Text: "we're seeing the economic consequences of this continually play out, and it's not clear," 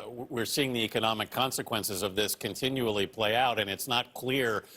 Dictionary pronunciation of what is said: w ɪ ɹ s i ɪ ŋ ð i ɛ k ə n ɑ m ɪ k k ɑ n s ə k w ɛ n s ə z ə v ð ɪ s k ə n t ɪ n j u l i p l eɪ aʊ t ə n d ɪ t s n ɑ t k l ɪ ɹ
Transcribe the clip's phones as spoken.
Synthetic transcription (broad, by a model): w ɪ ɹ s i ɪ ŋ ð i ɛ k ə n ɑ m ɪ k k ɑ n s ə k w ɛ n s ə z ə v ð ɪ s k ə n t ɪ n j u l i p l eɪ aʊ t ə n ɪ t s n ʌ t k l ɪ ɹ